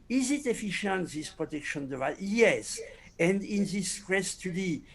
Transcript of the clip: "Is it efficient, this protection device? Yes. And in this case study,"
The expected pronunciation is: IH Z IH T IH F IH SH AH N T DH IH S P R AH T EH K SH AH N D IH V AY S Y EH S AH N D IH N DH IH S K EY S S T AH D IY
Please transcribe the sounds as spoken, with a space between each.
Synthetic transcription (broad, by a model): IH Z IH T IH F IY SH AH N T DH IH S P R AH T EH K SH AH N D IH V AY Y EH S AH N D IH N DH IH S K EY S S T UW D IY